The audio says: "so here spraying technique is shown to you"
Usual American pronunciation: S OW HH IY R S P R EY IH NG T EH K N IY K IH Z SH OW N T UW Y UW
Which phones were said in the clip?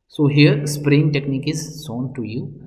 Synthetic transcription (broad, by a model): S OW HH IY R S P R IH NG T EH K N IY K IH Z S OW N T UW Y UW